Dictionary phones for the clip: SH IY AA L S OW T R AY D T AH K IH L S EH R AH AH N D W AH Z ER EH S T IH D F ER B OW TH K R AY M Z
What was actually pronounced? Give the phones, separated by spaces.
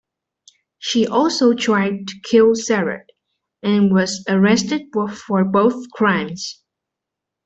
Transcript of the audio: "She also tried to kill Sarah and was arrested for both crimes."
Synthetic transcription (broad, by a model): SH IY AA L S OW T R AY D T AH K IH L S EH R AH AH N W AH Z ER EH S T IH D F ER B OW TH K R AY M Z